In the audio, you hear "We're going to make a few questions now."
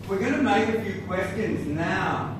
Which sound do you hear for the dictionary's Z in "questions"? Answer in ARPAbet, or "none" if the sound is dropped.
Z